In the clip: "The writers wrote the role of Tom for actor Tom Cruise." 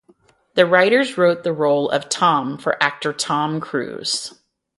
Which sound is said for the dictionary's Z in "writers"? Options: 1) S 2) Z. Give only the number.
2